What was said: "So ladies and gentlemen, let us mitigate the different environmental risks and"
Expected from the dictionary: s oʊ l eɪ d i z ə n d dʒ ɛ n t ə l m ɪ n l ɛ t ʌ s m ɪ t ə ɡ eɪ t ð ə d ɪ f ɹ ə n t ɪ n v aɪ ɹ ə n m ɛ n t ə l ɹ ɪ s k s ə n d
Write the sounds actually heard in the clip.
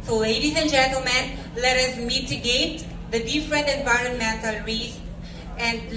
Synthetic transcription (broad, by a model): s oʊ l eɪ d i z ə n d dʒ ɛ n t ə l m ɪ n l ɛ t ʌ s m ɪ t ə ɡ eɪ t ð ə d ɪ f ɹ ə n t ɪ n v aɪ ɹ ə n m ɛ n t ə l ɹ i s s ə n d